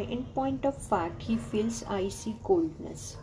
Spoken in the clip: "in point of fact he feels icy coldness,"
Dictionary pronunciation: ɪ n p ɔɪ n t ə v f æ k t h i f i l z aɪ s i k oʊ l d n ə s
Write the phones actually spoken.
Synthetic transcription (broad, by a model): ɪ n p ɔɪ n t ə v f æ t h i f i l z aɪ s i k oʊ l d n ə s